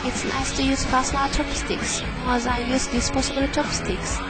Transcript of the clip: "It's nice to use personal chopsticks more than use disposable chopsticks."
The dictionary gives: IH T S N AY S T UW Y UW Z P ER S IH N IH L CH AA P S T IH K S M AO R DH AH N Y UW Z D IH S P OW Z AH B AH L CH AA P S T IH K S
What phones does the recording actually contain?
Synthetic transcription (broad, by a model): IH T S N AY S T UW Y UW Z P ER S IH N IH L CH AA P S T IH K S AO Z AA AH Y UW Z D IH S P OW S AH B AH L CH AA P S T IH K S